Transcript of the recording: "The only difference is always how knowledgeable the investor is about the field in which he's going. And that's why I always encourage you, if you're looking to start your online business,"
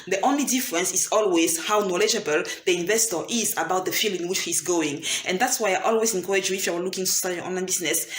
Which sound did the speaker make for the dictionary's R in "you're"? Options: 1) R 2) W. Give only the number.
2